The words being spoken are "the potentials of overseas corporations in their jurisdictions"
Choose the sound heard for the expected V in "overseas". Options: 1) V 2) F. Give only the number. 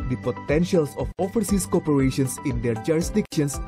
2